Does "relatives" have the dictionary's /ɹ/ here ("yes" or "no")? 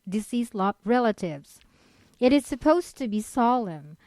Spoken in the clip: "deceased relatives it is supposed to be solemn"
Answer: yes